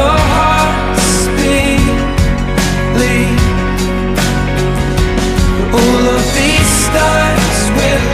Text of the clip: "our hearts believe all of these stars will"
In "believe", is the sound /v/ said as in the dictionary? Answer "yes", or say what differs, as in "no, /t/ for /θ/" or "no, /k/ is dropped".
no, /v/ is dropped